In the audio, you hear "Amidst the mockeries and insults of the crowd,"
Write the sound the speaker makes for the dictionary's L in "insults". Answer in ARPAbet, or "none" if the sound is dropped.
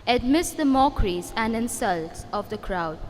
L